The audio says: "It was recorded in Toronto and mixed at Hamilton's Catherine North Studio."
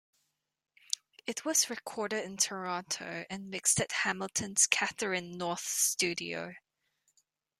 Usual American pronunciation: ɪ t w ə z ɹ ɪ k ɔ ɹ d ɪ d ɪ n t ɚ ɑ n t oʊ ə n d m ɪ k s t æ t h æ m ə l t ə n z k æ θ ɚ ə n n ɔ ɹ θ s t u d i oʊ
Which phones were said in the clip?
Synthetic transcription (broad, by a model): ɪ t w ə z ɹ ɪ k ɔ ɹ d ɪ d ɪ n t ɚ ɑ t oʊ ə n m ɪ k s t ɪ t h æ m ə l t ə n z k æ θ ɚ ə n n ɔ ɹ θ s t u d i oʊ